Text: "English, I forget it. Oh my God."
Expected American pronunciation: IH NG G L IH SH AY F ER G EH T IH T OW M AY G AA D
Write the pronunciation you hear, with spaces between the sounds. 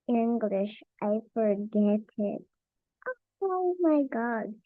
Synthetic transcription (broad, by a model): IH NG G L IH SH AY F ER G EH T IH T OW M AY G AA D